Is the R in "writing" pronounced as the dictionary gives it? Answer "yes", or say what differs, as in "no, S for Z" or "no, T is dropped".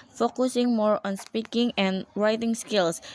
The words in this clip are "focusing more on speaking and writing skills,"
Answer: yes